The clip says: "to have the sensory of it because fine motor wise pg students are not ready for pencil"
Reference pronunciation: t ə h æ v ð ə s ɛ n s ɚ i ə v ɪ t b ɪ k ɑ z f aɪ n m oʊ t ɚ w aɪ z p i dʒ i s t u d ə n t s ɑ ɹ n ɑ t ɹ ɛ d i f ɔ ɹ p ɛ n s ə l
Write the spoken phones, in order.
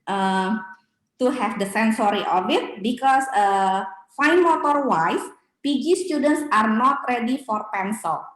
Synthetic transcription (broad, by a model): t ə h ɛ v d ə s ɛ n s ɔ i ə b ɪ t b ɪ k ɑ s f aɪ n m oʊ t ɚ w aɪ s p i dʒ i s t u d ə n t s ɑ ɹ n ɑ t ɹ ɛ d i f ɔ ɹ p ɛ n s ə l